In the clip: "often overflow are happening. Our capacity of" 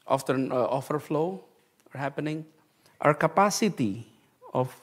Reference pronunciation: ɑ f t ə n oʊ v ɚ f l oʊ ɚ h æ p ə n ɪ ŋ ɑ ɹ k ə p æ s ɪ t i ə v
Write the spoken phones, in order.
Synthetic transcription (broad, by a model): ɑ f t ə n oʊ f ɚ f l oʊ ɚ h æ p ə n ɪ ŋ ɑ ɹ k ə p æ s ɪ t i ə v